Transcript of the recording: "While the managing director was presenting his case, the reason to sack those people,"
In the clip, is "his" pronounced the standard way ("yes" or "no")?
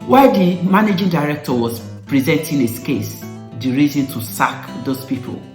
no